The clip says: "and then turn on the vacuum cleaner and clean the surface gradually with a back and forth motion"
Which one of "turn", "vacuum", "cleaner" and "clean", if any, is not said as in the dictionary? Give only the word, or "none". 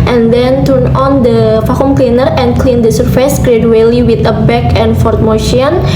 vacuum